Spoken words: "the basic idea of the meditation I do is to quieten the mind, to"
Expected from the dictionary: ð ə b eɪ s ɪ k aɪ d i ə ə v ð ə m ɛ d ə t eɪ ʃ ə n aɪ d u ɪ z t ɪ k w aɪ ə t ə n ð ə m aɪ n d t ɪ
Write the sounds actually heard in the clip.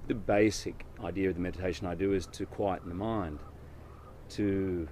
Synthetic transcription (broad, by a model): ð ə b eɪ s ɪ k aɪ d i ə ə v ð ə m ɛ d ə t eɪ ʃ ə n aɪ d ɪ ɪ z t ɪ k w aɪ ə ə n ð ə m aɪ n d t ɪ